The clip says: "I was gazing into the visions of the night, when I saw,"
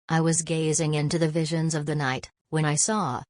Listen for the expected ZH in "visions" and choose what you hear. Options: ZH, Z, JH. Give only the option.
ZH